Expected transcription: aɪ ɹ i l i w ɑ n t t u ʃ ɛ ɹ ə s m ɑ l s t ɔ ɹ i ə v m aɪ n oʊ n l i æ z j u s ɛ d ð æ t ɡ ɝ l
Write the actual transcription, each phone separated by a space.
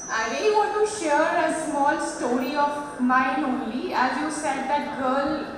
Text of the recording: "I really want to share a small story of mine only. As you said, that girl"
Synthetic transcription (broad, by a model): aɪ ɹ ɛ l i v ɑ n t t u ʃ ɛ ɹ ə s m ɑ l s t ɔ ɹ i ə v m aɪ n oʊ n l i æ z j u s ɛ d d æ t ɡ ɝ l